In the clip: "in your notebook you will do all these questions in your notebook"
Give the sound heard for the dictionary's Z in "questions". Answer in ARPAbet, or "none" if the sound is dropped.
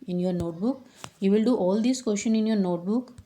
none